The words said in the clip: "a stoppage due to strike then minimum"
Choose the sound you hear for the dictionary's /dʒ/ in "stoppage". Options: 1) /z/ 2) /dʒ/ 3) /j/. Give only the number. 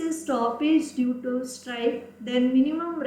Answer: 2